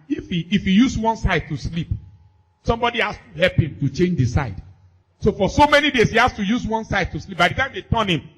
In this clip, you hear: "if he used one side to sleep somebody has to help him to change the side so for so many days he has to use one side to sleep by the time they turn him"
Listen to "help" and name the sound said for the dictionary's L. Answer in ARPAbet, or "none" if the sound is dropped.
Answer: L